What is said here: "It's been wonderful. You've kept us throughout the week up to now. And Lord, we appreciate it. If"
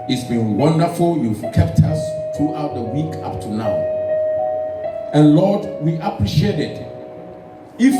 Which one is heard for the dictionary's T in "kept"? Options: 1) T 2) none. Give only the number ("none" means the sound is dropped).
1